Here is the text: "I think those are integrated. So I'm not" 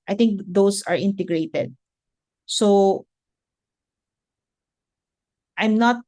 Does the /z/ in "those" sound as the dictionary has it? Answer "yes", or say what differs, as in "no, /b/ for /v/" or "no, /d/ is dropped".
no, /s/ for /z/